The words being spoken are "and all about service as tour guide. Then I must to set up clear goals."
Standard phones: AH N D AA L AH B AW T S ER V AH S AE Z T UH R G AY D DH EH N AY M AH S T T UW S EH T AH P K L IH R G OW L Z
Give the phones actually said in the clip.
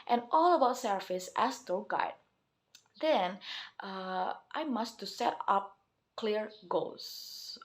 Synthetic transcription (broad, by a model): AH N AA L AH B AW T S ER F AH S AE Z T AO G AY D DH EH N AY M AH S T T UW S EH T AH P K L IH R G OW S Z